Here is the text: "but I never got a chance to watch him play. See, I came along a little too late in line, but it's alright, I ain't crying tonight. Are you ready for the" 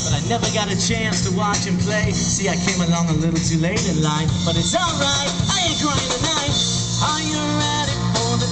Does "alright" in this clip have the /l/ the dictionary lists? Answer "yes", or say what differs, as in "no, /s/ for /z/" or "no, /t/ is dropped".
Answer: yes